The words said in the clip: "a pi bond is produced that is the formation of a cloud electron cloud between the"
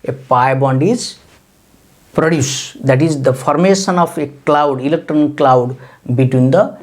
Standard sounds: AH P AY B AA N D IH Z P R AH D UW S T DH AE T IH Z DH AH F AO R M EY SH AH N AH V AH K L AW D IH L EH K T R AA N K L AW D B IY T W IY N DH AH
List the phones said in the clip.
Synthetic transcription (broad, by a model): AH P AY B AA N D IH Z P R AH D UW S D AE T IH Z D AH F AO R M EY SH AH N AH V AH K L AW D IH L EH K T R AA N K L AW D B IY T W IY N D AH